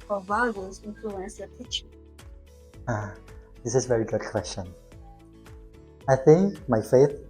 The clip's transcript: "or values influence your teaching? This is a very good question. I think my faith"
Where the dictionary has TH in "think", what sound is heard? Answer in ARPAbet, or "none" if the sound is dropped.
TH